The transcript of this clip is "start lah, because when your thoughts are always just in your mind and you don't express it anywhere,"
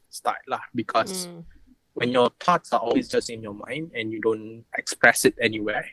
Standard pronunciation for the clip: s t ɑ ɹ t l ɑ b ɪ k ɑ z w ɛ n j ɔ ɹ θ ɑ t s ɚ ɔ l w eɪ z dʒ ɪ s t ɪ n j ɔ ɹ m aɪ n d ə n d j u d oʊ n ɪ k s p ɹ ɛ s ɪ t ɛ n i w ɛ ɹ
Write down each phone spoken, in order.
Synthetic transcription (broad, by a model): s t ɑ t l ɑ b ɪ k ɑ s w ɛ n j ɔ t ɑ t s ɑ ɔ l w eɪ s dʒ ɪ s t ɪ n j ɔ m aɪ n d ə n j u d oʊ n ɪ k s p ɹ ɛ s ɪ t ɛ n i w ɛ